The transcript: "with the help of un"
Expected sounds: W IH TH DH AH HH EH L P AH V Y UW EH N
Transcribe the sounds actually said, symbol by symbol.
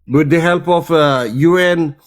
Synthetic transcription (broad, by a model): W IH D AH HH EH L P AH F Y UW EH N